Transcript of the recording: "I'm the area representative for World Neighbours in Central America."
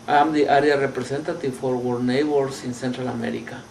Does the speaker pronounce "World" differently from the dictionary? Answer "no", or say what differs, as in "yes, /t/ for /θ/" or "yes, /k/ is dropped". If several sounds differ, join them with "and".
yes, /l/ is dropped